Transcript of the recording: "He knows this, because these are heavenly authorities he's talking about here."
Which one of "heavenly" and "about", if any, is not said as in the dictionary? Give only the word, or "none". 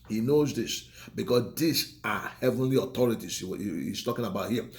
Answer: none